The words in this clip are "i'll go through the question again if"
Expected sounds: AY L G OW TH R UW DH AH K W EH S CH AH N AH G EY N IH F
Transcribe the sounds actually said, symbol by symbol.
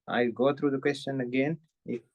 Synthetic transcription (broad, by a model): AY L G OW T R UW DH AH K W EH S CH AH N AH G EY N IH